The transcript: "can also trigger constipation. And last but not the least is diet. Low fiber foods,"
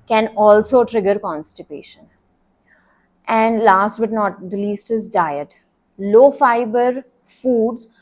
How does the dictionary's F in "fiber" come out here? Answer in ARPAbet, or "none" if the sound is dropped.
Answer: F